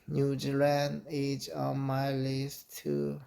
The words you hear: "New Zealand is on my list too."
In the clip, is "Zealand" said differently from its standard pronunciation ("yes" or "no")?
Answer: yes